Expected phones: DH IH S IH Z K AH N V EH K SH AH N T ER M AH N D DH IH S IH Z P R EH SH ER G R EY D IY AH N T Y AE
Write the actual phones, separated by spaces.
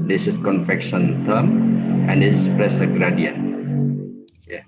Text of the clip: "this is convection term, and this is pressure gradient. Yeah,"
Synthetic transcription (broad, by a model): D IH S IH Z K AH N F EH K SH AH N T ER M AH N D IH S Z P R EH S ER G R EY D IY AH N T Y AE